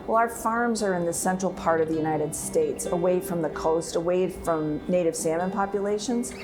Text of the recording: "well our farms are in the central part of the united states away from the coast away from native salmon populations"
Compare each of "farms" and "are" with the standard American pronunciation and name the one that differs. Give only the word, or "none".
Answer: none